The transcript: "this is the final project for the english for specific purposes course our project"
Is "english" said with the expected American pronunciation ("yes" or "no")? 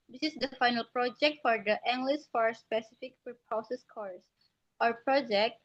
no